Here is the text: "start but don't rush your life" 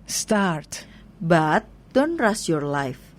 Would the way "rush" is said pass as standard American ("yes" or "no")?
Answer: no